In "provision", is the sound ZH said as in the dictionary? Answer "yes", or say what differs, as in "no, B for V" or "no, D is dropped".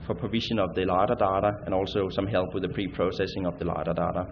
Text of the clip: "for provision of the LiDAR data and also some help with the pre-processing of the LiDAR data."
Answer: no, SH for ZH